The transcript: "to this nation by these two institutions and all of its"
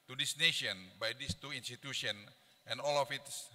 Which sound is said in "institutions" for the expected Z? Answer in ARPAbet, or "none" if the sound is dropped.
none